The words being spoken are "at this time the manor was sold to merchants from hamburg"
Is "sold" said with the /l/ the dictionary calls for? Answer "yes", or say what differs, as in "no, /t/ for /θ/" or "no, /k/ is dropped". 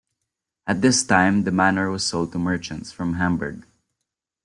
yes